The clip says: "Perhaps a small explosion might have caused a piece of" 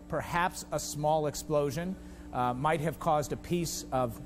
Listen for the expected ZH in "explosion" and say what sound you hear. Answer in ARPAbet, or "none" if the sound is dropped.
ZH